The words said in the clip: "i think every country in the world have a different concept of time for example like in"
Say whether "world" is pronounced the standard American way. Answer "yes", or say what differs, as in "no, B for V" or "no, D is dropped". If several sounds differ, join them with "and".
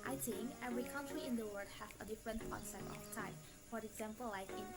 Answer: no, L is dropped